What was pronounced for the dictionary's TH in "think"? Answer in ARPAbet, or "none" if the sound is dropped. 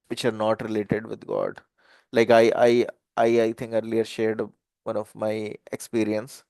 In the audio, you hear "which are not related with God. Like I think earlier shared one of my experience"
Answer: T